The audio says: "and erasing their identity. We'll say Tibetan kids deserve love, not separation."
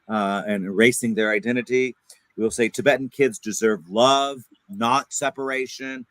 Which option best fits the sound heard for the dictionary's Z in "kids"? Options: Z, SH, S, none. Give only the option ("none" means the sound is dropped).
Z